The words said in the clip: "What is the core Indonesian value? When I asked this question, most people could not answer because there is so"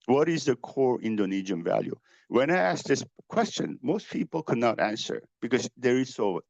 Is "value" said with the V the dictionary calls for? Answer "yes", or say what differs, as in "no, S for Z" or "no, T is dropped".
yes